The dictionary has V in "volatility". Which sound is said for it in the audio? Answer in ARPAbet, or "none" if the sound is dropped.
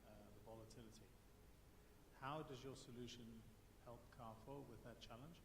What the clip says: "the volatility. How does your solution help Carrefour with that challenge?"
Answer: V